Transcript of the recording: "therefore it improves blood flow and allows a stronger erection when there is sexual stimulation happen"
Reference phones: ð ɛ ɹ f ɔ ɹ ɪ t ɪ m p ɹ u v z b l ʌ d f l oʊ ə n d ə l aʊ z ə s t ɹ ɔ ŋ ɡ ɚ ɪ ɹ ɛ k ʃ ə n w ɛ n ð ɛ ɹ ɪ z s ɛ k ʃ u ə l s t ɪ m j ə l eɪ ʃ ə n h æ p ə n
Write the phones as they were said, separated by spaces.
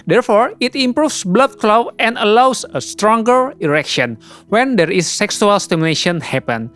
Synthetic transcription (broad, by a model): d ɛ ɹ f ɔ ɹ ɪ t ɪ m p ɹ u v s b l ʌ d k l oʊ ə n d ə l aʊ s ə s t ɹ ɔ ŋ ɡ ɚ ɪ ɹ ɛ k ʃ ə n w ɛ n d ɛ ɹ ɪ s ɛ k s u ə l s t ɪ m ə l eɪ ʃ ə n h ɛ p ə n